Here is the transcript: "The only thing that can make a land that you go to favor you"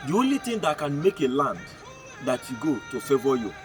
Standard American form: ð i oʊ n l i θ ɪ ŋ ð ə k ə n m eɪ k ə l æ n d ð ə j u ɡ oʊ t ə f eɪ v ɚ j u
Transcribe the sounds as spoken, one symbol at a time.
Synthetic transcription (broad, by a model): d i oʊ n l i t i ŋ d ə k ə n m eɪ k ə l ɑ n d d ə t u ɡ oʊ t ə f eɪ v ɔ j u